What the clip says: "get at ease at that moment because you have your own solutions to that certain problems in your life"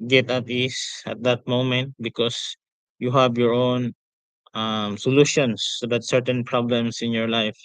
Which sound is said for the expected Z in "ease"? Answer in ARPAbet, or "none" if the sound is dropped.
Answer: S